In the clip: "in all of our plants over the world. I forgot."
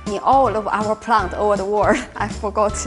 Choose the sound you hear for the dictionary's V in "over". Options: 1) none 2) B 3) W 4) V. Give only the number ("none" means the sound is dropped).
4